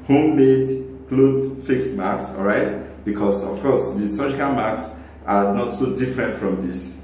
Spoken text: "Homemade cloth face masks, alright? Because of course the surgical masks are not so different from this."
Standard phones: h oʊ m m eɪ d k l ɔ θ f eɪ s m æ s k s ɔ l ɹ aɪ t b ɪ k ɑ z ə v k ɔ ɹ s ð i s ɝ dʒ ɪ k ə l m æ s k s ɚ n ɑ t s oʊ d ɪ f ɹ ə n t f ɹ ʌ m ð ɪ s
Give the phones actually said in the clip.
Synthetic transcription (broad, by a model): h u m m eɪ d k l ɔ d f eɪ s m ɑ k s ɔ l ɹ aɪ t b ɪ k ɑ s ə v k ɔ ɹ s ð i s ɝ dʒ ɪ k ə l m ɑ k s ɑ n ɑ t s oʊ d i f ɹ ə n t f ɹ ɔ m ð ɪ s